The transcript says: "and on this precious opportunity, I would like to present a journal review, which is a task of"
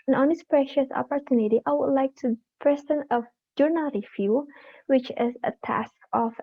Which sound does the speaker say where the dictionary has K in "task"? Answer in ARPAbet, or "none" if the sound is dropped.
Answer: K